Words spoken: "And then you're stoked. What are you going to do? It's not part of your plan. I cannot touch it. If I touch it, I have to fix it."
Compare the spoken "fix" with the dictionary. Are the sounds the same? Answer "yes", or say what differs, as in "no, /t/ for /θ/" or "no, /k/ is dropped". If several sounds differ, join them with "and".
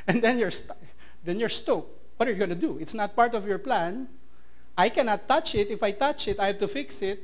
yes